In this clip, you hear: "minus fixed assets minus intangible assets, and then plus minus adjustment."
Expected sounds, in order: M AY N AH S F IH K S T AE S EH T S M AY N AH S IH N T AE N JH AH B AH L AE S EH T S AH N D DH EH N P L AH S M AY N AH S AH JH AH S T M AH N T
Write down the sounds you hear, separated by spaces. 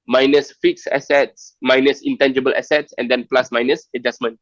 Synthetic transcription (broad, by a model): M AY N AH S F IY K S EH S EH T S M AY N AH S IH N T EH N JH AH B AH L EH S EH T S AH N D EH N P L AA S M AY N AH S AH JH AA S M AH N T